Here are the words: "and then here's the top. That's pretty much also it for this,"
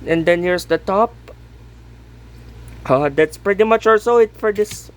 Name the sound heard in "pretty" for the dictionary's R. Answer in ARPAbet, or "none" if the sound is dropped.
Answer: R